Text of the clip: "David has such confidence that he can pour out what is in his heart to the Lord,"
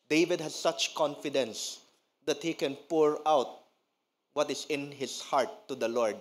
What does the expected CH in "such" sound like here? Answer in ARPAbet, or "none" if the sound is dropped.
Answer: CH